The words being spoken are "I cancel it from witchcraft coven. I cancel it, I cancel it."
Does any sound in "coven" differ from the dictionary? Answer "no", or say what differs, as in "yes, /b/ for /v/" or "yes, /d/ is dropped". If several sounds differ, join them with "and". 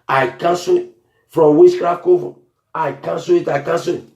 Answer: yes, /n/ is dropped